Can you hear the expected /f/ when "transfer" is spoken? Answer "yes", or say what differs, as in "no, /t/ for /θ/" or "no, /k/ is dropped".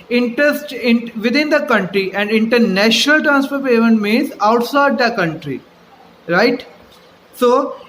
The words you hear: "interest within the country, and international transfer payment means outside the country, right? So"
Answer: no, /p/ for /f/